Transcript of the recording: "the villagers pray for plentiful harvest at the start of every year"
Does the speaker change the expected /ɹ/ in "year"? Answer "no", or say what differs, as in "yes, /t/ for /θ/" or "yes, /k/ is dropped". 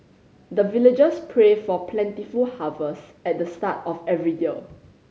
yes, /l/ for /ɹ/